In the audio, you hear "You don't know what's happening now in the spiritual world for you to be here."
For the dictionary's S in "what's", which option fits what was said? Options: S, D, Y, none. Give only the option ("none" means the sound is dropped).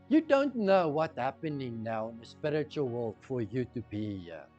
none